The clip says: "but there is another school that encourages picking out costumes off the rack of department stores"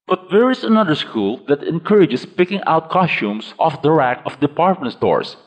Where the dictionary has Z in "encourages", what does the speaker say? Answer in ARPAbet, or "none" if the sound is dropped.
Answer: S